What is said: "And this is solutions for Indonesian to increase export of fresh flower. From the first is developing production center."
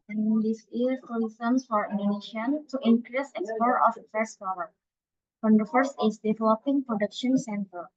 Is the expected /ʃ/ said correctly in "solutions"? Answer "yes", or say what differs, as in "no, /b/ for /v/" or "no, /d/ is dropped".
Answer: no, /s/ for /ʃ/